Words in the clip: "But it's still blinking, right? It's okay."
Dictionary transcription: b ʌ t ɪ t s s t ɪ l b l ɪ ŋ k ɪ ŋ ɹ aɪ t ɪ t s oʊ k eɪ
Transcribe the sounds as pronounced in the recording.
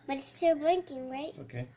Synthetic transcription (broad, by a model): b ʌ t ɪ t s s t ɪ l b l ɪ ŋ k ɪ ŋ ɹ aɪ ɪ t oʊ k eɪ